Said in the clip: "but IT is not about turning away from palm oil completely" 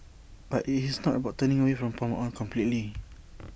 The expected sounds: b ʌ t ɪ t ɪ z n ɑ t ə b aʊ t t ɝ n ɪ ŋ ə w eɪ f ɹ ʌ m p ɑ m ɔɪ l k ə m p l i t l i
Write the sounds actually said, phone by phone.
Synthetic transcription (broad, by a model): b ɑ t ɪ t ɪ s n ɑ t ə b aʊ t t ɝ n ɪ ŋ ə w eɪ f ɹ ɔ m p ɑ m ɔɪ n k ə m p l i t l i